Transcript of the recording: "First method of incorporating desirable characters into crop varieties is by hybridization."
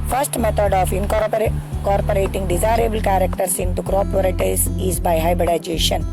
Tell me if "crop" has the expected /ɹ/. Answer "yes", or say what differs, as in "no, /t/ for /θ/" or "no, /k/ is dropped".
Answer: yes